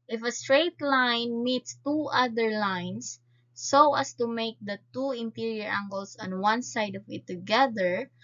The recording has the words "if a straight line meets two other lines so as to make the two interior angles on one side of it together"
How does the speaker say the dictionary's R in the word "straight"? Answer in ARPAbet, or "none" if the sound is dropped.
R